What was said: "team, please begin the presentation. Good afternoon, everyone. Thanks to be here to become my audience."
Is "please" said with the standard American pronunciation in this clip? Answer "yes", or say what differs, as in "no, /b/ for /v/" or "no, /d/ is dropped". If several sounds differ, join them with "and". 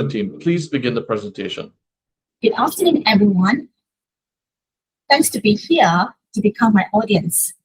yes